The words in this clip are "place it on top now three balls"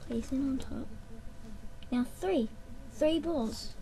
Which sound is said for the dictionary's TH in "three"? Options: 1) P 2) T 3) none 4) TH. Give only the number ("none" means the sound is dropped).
4